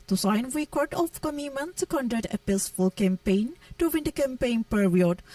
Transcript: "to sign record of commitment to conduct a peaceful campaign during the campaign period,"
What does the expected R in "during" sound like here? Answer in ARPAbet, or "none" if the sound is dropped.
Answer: W